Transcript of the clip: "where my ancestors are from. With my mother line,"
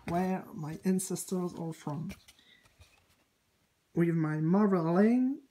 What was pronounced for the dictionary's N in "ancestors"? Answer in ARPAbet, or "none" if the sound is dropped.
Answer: N